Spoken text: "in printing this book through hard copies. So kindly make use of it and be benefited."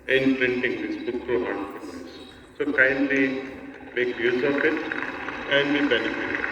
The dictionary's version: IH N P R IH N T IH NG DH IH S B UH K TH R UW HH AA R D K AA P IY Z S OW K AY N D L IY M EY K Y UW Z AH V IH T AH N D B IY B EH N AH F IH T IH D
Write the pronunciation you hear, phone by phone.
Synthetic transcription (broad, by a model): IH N P R IH N T IH NG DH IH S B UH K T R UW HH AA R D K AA IY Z S OW K AY N D L IY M EY K Y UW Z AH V IH T AH N D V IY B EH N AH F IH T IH